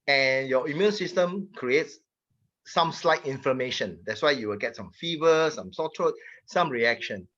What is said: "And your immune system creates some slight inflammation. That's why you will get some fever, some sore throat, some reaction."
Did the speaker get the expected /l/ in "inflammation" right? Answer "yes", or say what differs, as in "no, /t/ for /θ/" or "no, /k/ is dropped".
no, /l/ is dropped